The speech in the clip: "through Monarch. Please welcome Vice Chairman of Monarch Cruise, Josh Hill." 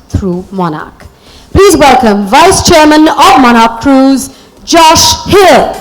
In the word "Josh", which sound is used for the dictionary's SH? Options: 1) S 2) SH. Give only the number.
2